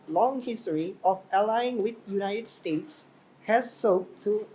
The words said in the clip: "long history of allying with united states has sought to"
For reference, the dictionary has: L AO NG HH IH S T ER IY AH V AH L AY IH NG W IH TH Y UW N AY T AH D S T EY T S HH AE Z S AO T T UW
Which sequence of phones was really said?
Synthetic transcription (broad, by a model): L AO NG HH IH S T ER IY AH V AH L AY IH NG W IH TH Y UW N AY T AH D S T EY T S HH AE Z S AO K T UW